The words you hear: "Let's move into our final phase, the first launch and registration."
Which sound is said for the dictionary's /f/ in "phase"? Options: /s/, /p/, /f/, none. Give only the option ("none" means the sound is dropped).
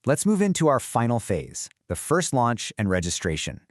/f/